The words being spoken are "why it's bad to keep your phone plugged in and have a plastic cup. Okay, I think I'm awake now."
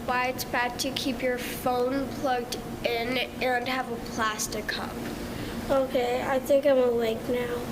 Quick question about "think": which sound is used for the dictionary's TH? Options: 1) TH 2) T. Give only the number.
1